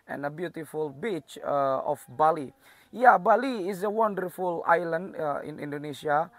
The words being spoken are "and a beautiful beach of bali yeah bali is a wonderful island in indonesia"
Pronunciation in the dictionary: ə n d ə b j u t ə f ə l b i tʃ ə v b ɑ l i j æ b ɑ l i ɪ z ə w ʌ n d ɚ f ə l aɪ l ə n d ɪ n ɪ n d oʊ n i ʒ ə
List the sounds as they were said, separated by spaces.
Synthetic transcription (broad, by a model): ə n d ə b j u t ə f ə l b i tʃ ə f b ɑ l i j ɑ b ɑ l i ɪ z ə w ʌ n d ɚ f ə l aɪ l ə n d ɪ n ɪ n d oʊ n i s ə